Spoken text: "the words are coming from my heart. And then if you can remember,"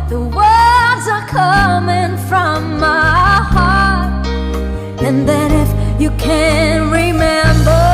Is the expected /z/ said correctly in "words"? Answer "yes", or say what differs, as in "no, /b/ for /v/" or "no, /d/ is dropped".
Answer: yes